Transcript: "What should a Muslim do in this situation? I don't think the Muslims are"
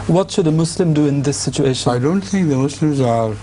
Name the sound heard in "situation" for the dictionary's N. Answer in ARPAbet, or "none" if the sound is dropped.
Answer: none